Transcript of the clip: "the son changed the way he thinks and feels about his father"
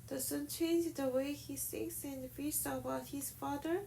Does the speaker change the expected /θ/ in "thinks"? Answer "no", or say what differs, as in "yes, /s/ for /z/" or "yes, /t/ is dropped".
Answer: yes, /s/ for /θ/